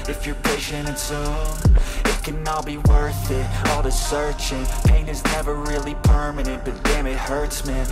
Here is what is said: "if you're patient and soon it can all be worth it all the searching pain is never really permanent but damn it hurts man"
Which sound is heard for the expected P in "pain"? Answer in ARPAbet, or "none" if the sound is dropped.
P